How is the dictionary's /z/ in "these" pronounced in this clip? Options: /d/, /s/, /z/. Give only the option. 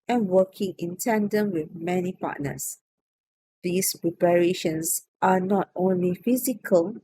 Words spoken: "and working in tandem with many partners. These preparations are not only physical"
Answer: /s/